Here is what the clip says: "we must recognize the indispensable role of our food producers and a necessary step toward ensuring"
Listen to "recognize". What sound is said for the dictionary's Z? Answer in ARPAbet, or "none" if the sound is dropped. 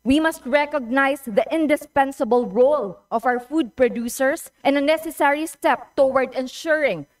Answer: S